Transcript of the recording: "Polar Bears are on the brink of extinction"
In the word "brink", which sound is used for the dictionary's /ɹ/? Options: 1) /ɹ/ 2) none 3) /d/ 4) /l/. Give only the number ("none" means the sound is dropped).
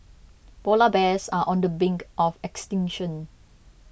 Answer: 2